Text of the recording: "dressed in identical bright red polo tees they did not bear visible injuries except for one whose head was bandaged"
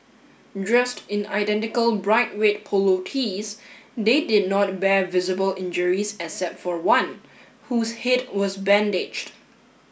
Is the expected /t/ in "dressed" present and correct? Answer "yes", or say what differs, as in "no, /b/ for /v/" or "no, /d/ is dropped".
yes